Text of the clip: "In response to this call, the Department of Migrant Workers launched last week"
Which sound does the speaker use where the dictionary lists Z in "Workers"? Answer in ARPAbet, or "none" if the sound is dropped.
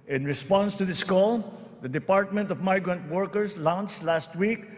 S